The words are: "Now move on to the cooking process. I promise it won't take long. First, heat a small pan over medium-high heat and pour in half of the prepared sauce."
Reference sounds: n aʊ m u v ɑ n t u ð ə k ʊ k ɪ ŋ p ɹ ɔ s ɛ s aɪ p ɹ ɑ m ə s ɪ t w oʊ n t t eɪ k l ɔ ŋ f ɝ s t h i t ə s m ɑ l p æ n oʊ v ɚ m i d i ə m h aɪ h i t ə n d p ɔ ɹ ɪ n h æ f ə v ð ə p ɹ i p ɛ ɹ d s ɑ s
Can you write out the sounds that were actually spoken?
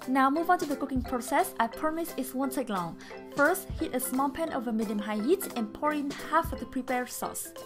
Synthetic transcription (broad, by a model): n aʊ m u v ɑ n t u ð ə k ʊ k ɪ ŋ p ɹ ɔ s ɛ s aɪ p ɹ m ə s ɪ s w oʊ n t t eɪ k l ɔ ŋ f ɝ s t h i t ə s m ɑ l p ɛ n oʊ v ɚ m i d i ə m h aɪ h i t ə n p ɔ ɹ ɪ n h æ f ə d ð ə p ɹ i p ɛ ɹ s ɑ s